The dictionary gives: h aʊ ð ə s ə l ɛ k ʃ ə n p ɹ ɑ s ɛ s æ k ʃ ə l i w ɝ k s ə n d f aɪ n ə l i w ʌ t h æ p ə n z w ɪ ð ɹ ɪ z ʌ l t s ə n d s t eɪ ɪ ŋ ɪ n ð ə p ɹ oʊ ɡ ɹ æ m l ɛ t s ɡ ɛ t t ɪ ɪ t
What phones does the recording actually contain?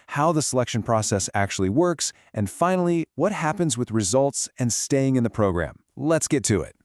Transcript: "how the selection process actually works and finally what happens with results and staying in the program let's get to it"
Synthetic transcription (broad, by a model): h aʊ ð ə s ə l ɛ k ʃ ə n p ɹ ɑ s ɛ s æ k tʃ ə l i w ɝ k s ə n f aɪ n l i w ʌ t h æ p ə n z w ɪ ð ɹ ɪ z ʌ l t s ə n s t eɪ ɪ ŋ ɪ n ð ə p ɹ oʊ ɡ ɹ æ m l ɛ t s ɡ ɛ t t ɪ ɪ t